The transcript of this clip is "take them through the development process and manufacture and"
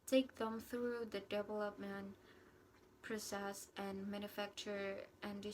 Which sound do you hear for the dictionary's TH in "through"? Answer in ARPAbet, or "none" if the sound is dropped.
TH